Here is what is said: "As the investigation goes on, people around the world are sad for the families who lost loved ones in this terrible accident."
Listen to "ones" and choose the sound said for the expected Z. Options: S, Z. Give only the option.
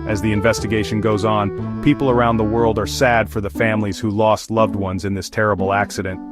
Z